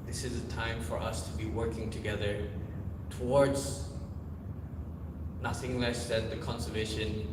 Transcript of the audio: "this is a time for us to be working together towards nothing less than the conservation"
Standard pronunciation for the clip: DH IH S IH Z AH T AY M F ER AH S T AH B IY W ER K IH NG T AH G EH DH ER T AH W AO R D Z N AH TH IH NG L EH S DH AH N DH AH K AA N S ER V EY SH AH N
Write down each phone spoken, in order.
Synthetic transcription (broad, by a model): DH IH S IH Z AH T AY M F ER AH S T AH B IY W ER K IH NG T AH G EH DH ER T AH W AO R D Z N AH TH IH NG L EH S DH AH N DH AH K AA N S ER V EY SH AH N